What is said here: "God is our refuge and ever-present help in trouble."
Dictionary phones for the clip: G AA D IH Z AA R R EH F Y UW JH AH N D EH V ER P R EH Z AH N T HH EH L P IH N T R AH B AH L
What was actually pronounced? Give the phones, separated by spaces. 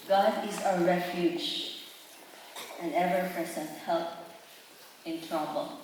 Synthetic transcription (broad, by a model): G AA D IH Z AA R R EH F Y UW JH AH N EH V ER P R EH S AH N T HH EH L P IH N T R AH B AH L